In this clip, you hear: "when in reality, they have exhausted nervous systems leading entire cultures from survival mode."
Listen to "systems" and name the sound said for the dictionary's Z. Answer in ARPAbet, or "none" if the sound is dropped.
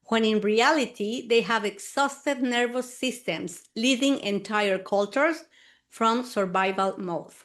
S